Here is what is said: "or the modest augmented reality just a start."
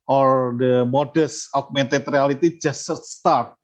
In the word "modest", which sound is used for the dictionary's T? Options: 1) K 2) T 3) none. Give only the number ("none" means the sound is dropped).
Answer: 3